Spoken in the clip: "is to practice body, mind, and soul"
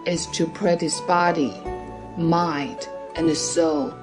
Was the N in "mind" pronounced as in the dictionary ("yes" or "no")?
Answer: no